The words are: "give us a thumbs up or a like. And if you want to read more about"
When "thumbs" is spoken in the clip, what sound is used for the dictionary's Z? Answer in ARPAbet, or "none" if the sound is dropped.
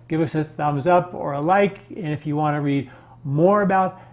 Z